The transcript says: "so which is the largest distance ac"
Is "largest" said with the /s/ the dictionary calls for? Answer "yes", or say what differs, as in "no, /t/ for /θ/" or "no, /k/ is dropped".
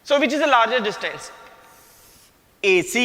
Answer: no, /s/ is dropped